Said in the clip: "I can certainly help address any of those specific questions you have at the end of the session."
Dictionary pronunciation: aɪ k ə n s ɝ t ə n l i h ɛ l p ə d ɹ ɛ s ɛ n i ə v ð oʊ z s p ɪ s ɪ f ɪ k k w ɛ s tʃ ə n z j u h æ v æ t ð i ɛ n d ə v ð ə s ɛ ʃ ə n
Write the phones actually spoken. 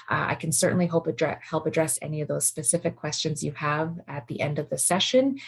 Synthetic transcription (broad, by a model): aɪ k n s ɝ t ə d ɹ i h ɛ l p ə d ɹ ɛ s ɛ n i ə v ð oʊ z s p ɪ s ɪ f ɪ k k w ɛ s tʃ ə n z j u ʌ v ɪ t ð i ɛ n d ə v ð ə s ɛ ʃ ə n